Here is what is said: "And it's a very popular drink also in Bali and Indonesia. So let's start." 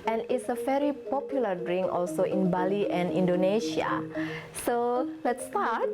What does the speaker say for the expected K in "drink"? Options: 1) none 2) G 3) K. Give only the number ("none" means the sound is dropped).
1